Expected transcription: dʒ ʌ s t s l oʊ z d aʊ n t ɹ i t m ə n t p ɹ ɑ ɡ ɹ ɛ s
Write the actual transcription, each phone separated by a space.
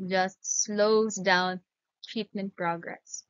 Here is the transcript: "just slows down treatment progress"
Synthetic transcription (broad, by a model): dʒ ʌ s t s l oʊ z d aʊ n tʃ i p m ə n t p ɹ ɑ ɡ ɹ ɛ s